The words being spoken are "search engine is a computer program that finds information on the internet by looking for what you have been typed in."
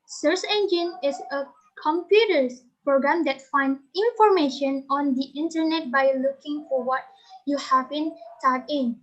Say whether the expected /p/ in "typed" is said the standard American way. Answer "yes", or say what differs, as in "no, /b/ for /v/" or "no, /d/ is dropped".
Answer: no, /p/ is dropped